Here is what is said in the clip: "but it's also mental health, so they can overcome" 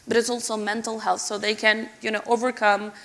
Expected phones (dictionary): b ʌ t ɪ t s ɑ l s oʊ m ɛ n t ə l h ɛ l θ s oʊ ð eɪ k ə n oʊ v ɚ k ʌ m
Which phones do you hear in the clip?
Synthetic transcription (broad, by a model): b ʌ t ɪ t s ɑ l s oʊ m ɛ n t l h ɛ l θ s oʊ ð eɪ k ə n oʊ v ɚ k ʌ m